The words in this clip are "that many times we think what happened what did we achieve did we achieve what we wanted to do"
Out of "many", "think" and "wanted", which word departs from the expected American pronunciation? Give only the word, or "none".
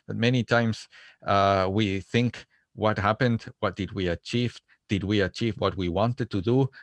none